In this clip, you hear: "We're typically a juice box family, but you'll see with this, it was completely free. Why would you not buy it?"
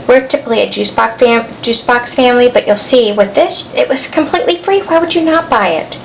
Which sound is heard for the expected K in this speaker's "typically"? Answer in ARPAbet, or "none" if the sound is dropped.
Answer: none